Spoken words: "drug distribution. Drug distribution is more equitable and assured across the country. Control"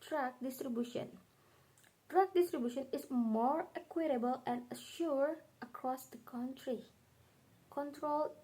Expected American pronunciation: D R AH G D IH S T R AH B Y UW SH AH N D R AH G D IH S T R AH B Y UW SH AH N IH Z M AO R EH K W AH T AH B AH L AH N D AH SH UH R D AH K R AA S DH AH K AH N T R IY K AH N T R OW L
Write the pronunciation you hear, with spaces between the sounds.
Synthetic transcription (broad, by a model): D R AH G D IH S T R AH B Y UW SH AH N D R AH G D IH S T R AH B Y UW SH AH N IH S M AO R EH K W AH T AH B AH L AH N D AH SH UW R AH K R AA S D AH K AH N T R IY K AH N T R OW L